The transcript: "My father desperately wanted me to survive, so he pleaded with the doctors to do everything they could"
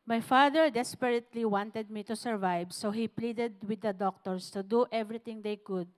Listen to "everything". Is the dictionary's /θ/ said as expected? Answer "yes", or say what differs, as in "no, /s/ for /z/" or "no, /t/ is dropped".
no, /t/ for /θ/